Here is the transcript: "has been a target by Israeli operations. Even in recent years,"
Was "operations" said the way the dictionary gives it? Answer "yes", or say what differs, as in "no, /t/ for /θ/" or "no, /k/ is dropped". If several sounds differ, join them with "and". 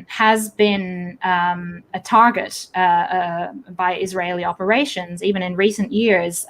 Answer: yes